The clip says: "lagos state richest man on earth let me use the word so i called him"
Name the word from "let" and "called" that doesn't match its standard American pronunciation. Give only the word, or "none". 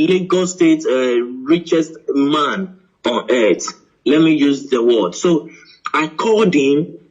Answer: called